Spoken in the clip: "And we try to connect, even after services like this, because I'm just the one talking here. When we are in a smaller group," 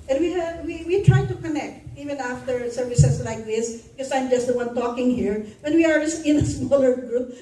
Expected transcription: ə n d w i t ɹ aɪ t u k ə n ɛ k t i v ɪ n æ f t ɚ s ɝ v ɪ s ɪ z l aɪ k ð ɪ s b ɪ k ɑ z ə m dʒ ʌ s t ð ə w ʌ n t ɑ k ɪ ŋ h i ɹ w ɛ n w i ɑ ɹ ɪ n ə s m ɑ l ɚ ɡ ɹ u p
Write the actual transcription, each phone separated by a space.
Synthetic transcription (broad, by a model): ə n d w i t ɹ aɪ t u k ə n ɛ k t i v ɪ n æ f t ɚ s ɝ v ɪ s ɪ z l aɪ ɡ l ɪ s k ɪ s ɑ ə m dʒ ʌ s t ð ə w ʌ n t ɑ k ɪ ŋ h i ɹ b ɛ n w i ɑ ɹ ɪ n ə s m ɑ l ɚ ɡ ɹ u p